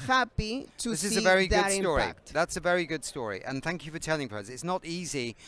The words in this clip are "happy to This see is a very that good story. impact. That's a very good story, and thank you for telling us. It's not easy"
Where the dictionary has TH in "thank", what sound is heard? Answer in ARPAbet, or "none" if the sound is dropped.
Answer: TH